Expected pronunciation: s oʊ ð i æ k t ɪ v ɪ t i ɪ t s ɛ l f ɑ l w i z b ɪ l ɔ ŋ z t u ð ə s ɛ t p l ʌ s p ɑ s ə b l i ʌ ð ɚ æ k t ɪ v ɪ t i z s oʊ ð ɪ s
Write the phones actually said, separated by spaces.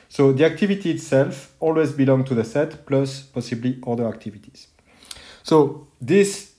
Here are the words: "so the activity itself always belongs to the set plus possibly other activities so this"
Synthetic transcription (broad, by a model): s oʊ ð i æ k t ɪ v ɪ t i t s ɛ l f ɑ l w i z b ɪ l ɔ ŋ t u ð ə s ɛ t p l ʌ s p ɑ s ə b l i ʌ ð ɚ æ k t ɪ v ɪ t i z s oʊ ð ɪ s